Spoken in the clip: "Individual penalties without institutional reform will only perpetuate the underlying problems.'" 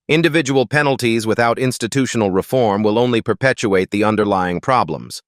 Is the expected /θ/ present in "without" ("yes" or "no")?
yes